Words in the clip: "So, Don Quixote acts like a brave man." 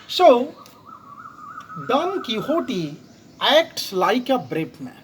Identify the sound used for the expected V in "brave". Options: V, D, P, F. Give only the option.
P